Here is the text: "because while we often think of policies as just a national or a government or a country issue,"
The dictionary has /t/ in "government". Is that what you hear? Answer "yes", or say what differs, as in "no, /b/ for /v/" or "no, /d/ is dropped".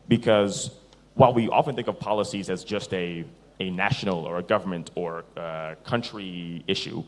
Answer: yes